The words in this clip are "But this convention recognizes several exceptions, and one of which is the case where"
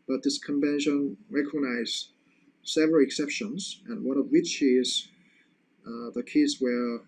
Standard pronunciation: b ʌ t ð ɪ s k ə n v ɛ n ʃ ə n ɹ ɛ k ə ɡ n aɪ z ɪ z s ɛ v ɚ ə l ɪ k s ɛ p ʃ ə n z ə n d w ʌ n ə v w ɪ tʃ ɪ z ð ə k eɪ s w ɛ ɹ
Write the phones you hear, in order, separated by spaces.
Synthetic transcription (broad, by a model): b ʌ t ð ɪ s k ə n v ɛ n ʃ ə n ɹ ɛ k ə ɡ n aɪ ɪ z s ɛ v ɚ ə l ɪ k s ɛ p ʃ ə n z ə n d w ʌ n ə v w ɪ tʃ ɪ z ð ə k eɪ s w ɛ ɹ